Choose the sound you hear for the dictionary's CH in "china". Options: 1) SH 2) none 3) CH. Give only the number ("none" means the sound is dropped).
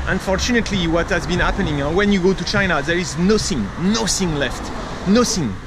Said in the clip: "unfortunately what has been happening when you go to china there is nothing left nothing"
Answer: 3